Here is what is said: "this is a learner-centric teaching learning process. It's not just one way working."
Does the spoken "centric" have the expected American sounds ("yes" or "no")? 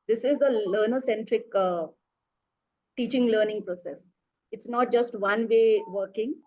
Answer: yes